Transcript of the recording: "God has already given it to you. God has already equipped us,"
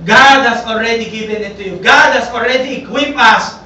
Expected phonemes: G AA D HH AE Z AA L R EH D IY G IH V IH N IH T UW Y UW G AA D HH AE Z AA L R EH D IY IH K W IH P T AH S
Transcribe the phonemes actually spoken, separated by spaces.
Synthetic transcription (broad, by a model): G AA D HH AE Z AA L R EH D IY G IH V IH N IH T UW Y UW G AA D HH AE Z AA L R EH D IY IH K W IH P AH S